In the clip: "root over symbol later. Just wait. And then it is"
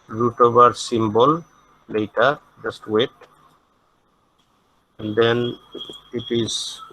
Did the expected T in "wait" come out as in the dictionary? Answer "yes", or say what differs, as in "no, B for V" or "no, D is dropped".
yes